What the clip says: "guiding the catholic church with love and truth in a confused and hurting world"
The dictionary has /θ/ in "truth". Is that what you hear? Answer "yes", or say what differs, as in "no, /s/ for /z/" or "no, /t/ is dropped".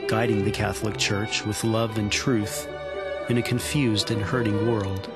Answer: yes